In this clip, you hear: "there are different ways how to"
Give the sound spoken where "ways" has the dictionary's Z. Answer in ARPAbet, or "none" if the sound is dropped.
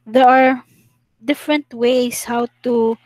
S